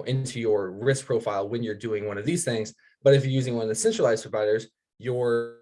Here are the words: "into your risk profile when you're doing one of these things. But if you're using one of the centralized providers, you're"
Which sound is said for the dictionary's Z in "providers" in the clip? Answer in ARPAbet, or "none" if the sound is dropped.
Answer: Z